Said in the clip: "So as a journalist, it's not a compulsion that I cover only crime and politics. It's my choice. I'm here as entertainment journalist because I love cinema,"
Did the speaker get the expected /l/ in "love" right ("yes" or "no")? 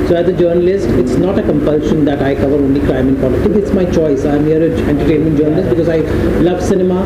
yes